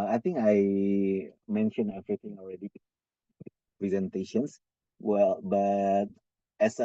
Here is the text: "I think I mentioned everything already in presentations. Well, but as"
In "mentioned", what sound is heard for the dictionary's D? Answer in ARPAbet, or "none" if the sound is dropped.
none